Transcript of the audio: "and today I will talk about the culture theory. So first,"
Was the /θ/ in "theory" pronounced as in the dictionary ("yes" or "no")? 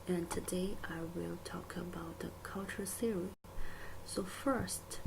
no